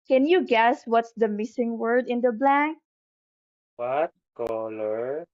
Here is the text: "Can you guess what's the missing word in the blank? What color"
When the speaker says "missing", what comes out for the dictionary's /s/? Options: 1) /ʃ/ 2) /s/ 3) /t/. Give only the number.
2